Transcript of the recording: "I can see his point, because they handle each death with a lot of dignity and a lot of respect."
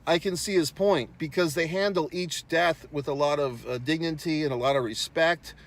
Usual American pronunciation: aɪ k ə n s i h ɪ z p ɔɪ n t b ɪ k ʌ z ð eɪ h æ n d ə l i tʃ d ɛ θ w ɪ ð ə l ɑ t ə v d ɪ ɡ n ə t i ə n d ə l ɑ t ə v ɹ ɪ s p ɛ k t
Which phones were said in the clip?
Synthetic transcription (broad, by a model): aɪ k ə n s i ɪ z p ɔɪ n t b ɪ k ʌ z ð eɪ h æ n d l i tʃ d ɛ θ w ɪ ð ə l ɑ t ə v d ɪ ɡ n ə t i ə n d ə l ɑ t ə v ɹ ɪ s p ɛ k t